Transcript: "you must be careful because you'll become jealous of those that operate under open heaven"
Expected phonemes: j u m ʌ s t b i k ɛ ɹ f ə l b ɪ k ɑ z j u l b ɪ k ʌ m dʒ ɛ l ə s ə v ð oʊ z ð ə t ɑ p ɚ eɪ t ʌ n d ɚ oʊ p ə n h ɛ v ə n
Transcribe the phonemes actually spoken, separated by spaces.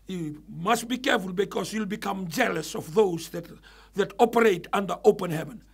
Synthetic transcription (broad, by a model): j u m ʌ s t b i k ɛ ɹ f ə l b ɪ k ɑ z j u l b ɪ k ʌ m dʒ ɛ l ə s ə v ð oʊ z ð ə t ɑ p ɚ eɪ t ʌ n d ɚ oʊ p ə n h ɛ v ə n